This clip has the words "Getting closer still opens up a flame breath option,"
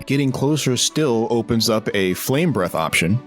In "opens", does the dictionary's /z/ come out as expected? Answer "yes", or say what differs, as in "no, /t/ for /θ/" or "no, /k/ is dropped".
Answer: yes